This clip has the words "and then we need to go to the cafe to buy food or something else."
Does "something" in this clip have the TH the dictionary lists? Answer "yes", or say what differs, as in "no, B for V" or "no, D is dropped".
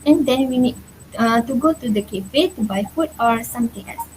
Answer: no, T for TH